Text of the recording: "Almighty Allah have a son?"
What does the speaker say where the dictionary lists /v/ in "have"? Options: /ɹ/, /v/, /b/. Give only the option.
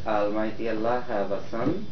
/b/